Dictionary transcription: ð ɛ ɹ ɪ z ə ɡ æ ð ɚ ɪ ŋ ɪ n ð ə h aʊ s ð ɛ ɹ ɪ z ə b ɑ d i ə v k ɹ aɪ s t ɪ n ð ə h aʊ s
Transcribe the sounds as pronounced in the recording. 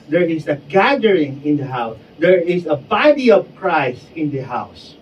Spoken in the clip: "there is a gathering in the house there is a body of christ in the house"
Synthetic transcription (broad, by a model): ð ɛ ɹ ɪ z ə ɡ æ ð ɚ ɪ ŋ ɪ n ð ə h aʊ s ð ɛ ɹ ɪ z ə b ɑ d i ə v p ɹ aɪ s ɪ n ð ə h aʊ s